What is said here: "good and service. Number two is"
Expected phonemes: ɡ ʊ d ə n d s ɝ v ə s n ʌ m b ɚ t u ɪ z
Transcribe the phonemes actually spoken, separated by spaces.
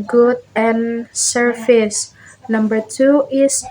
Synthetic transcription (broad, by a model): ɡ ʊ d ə n s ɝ f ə s n ʌ m b ɚ t u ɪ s